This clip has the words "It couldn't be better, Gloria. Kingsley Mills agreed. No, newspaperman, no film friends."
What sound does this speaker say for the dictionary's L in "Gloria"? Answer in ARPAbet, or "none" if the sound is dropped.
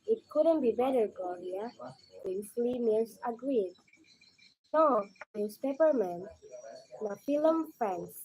none